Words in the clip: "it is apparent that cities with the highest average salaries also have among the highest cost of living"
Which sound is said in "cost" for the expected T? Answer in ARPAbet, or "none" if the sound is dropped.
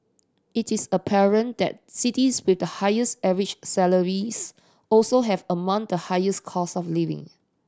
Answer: none